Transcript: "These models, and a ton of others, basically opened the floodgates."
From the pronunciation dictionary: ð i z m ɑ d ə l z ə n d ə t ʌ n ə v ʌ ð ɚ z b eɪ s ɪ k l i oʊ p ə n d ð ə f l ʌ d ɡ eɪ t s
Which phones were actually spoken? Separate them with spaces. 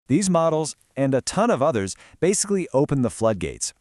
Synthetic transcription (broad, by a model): ð i z m ɑ d l z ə n ə t ʌ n ə v ʌ ð ɚ z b eɪ s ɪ k l i oʊ p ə n ð ə f l ʌ d ɡ eɪ t s